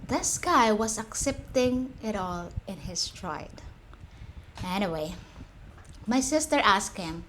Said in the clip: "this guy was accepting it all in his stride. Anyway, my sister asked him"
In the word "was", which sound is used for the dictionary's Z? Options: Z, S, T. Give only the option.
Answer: S